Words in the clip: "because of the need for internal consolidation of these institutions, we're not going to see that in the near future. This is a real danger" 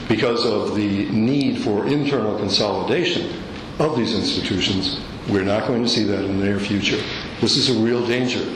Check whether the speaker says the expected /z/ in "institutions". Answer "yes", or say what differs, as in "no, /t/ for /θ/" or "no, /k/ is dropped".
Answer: yes